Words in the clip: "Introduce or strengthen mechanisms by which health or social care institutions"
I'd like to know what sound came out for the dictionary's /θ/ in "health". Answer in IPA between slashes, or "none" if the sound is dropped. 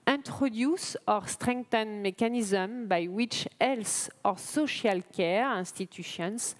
/s/